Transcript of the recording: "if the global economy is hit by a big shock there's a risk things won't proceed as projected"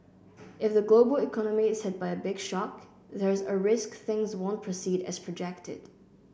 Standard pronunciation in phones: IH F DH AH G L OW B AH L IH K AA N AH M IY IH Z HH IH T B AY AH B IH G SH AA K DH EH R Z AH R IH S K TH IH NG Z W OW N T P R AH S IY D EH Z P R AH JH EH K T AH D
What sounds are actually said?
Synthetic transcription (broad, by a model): IH F DH AH G L OW B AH L IH K AA N AH M IY IH Z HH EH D B AY AH B IH G SH AA K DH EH R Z AH R IH S K TH IH NG Z W OW N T P R AH S IY D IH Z P R AH JH EH K T AH D